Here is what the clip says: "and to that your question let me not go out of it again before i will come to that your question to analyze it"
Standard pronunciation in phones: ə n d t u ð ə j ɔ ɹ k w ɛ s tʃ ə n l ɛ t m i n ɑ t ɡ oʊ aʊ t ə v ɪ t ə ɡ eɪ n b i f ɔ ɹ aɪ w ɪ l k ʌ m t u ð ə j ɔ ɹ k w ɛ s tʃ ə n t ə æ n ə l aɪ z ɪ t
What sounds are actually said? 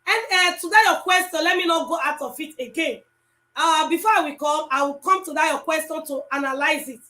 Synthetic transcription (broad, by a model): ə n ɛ t u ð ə j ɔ k w ɛ s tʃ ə n l ɛ t m i n ɑ t ɡ oʊ aʊ t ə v ɪ t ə ɡ eɪ n b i f ɔ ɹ aɪ w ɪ w k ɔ m t u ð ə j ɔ k w ɛ s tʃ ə n t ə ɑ n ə l aɪ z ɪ t